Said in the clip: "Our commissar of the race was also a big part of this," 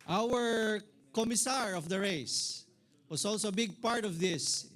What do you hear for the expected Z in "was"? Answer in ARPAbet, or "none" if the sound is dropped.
S